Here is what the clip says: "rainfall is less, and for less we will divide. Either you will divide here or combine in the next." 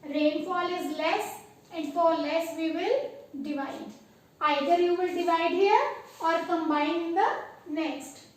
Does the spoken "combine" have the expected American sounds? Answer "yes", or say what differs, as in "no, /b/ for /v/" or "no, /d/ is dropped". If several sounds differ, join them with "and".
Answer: no, /n/ is dropped